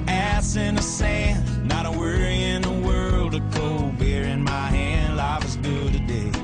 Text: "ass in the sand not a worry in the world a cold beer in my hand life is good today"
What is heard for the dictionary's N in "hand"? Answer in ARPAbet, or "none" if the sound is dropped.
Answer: N